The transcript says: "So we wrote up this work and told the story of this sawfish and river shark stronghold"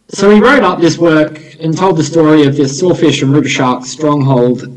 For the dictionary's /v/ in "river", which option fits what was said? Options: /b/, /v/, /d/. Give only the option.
/b/